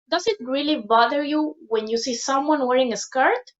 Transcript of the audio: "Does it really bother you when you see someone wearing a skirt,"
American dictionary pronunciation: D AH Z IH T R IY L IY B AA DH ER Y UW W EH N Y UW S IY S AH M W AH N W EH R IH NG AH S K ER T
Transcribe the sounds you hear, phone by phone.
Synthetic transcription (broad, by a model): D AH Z IH T R IY L IY B AA DH ER Y UW W EH N Y UW S IY S AH M W AH N W EH R IH NG AH S K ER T